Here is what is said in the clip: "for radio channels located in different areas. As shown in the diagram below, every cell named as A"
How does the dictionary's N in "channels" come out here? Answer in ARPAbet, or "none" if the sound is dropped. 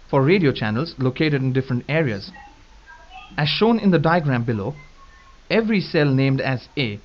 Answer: N